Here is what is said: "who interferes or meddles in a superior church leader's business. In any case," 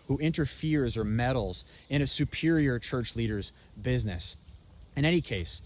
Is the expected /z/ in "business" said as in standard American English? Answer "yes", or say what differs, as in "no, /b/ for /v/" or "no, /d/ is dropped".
yes